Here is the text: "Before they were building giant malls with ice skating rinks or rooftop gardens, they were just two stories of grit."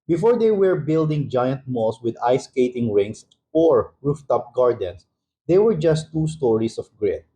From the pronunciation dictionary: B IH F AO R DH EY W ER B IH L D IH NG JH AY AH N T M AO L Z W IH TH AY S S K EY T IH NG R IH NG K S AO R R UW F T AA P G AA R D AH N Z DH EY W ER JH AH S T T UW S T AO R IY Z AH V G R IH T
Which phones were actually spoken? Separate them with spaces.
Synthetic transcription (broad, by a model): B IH F AO R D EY W ER B IH L D IH NG JH AY AH N T M AO L S W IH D AY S S K EY T IH NG R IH NG S AO R R UW F T AA P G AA R D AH N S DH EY W ER JH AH S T T UW S T AO R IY S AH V G R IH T